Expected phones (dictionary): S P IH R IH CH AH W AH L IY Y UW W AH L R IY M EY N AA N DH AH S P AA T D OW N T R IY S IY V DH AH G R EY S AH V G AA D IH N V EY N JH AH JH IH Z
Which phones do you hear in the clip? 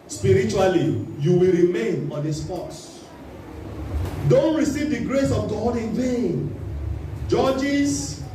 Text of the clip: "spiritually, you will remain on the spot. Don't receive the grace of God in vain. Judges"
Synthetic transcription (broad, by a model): S P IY R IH CH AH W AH L IY Y UW W AH L R IY M EY N AA N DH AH S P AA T D OW N T R IY S IY V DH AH G R EY S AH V G AA D IH N V EY N JH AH JH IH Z